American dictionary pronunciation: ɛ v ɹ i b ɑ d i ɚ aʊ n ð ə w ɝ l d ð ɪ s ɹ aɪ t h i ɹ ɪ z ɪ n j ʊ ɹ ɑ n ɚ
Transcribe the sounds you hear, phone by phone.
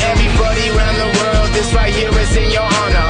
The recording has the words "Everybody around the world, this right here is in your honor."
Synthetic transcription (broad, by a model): ɛ v ɹ i b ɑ d i ɚ aʊ n ð ə w ɝ l d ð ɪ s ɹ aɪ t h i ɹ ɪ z ɪ n j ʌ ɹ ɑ n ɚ